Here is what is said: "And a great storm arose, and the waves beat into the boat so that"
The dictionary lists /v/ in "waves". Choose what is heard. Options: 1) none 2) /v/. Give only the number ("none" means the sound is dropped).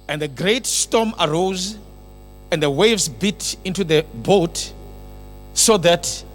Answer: 2